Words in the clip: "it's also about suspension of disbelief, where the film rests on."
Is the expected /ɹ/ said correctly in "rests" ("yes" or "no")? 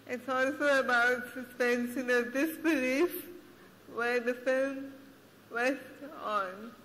no